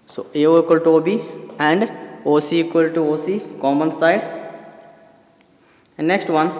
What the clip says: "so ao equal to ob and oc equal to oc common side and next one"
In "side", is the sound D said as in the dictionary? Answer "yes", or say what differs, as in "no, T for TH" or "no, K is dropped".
no, D is dropped